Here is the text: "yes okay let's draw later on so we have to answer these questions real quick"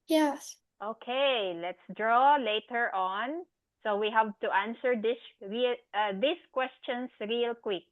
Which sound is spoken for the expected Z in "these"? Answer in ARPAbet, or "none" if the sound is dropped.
S